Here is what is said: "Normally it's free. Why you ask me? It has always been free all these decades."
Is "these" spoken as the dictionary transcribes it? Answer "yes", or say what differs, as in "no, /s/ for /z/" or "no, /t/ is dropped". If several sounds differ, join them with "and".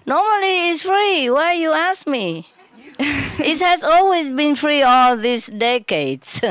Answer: no, /s/ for /z/